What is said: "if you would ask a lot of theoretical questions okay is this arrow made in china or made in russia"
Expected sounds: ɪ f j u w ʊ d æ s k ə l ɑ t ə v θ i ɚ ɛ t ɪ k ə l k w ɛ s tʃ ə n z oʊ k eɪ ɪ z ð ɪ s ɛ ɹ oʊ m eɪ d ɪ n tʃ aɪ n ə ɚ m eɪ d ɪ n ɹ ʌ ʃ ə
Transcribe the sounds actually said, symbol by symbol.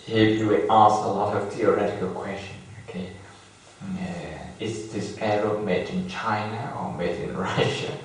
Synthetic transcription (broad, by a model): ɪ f j u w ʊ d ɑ s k ə l ɑ t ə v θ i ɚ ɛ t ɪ k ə l k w ɛ s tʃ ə n oʊ k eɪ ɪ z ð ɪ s ɛ ɹ oʊ m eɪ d ɪ n tʃ aɪ n ə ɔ m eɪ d ɪ n ɹ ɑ ʃ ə